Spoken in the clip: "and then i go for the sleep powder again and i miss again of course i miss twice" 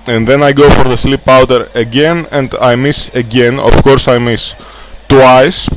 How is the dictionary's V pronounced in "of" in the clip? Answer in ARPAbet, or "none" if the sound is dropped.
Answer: F